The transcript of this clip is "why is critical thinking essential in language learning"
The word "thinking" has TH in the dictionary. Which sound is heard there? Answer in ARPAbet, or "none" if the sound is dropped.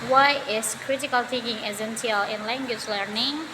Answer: T